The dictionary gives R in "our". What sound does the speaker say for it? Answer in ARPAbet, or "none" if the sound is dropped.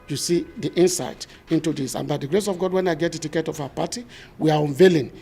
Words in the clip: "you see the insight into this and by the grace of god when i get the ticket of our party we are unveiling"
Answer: W